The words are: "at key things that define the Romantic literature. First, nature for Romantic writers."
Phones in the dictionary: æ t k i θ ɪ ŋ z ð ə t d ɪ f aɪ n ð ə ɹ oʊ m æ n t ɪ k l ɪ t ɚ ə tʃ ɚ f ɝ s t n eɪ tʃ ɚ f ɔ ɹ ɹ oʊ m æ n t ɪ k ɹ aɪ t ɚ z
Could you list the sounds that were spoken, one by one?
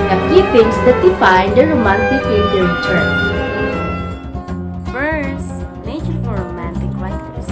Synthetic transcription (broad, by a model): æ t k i f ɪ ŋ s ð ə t d ɪ f aɪ n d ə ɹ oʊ m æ n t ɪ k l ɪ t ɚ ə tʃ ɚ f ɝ s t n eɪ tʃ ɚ f ɔ ɹ ɹ oʊ m æ n t ɪ k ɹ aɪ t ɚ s